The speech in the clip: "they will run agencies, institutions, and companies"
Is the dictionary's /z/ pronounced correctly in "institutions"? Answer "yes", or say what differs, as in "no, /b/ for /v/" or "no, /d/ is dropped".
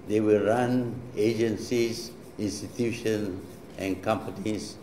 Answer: no, /z/ is dropped